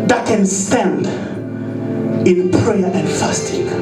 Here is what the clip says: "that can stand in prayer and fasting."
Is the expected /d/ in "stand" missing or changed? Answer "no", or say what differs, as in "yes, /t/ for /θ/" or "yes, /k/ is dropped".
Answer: no